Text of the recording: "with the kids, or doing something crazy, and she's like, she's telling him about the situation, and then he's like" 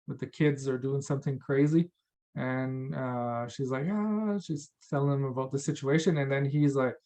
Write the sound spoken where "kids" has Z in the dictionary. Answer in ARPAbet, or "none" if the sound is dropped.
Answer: Z